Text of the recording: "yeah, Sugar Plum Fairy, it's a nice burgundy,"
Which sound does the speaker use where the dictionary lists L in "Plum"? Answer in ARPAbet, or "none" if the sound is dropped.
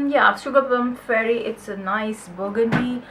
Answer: none